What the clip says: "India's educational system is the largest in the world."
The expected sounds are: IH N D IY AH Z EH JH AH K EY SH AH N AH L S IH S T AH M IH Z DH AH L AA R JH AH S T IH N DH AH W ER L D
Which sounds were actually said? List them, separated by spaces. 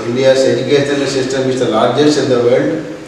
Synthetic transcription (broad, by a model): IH N D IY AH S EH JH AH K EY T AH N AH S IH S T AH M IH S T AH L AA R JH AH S IH N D AH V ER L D